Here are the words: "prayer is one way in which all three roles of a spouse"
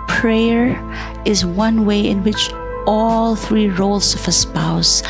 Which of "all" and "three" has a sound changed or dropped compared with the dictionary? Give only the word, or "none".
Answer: none